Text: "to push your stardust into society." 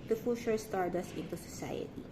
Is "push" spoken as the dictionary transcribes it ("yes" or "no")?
no